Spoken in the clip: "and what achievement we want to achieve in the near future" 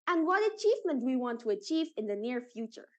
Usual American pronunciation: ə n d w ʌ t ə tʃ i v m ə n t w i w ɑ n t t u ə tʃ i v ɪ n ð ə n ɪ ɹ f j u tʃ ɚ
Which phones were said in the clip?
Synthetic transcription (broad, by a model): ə n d w ʌ t ə tʃ i v m ə n t w i w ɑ n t t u ə tʃ i v ɪ n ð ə n ɪ ɹ f j u tʃ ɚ